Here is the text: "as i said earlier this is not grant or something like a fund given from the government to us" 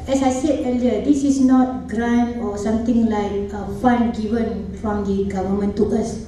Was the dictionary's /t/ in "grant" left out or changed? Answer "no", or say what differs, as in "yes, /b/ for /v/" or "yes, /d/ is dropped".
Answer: yes, /t/ is dropped